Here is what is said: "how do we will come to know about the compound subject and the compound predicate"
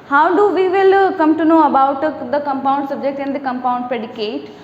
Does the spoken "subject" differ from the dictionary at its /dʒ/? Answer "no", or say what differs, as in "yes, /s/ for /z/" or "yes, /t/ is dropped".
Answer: no